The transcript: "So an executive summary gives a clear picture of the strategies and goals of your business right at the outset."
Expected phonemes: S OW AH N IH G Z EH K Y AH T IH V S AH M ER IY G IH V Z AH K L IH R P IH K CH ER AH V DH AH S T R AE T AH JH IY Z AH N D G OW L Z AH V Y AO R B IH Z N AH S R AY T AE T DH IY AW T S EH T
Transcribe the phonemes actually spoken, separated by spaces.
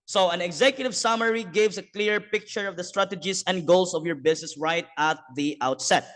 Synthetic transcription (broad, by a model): S OW AH N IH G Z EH K Y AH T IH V S AH M ER IY G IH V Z AH K L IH R P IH K CH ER AH V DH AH S T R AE T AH JH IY S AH N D G OW L S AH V Y AO R B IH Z N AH S R AY T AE T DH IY AW T S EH T